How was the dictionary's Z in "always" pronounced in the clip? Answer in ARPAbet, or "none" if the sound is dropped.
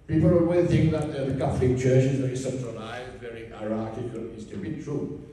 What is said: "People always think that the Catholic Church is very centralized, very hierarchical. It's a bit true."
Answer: none